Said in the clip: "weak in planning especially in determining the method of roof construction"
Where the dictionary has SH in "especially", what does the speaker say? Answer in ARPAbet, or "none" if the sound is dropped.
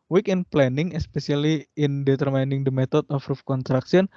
S